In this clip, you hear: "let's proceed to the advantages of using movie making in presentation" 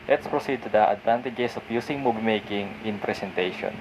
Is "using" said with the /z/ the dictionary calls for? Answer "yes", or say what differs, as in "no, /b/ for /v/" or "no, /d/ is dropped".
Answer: no, /s/ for /z/